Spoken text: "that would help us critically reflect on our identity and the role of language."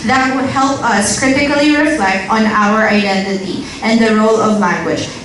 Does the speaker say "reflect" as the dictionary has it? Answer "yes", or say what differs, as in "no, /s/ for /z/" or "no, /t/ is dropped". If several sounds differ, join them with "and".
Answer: yes